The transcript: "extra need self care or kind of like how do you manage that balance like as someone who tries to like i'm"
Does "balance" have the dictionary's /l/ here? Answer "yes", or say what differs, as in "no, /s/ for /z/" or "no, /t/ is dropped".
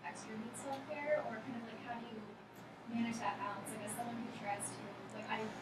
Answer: no, /l/ is dropped